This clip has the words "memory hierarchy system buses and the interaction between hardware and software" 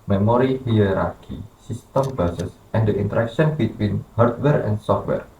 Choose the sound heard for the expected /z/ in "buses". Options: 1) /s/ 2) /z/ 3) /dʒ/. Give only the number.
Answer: 1